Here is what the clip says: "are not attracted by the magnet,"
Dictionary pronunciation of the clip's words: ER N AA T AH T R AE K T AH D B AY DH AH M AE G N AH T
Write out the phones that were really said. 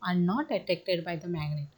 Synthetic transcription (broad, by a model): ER N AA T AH T EH K T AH D B AY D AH M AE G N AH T